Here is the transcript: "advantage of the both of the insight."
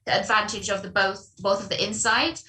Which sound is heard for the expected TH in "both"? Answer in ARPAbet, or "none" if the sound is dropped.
TH